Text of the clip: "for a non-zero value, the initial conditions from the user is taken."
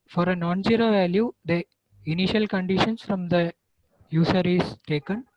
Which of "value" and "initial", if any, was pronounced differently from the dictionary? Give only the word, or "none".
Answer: none